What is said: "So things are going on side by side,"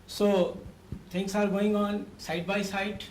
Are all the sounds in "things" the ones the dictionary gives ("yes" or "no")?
no